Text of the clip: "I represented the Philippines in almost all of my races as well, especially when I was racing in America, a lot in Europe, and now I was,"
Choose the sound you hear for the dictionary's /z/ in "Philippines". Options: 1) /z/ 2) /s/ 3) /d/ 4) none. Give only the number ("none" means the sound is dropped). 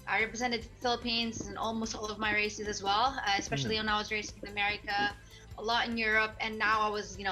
1